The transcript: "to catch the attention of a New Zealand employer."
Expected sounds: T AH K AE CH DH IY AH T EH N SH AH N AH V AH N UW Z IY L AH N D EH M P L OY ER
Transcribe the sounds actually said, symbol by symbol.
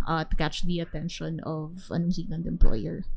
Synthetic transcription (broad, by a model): T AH K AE CH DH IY AH T EH N SH AH N AH V AH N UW S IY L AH N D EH M P L OY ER